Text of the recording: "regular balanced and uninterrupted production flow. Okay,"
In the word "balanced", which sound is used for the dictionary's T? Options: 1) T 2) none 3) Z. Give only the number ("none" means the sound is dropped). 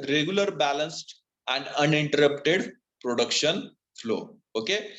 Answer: 1